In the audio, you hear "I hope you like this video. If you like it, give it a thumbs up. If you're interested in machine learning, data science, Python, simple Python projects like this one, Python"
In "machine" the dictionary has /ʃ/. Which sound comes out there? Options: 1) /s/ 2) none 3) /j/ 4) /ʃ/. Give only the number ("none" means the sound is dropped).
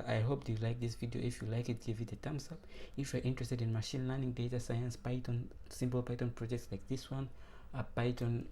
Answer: 4